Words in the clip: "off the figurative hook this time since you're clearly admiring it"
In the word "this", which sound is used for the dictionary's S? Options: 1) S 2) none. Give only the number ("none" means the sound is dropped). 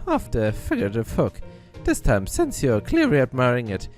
1